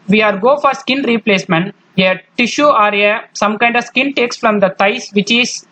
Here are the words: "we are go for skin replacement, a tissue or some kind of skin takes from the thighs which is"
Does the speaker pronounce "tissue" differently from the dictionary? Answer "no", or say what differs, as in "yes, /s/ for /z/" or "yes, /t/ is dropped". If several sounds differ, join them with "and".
no